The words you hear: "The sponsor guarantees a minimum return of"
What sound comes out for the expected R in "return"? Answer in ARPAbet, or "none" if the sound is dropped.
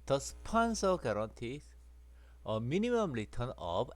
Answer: L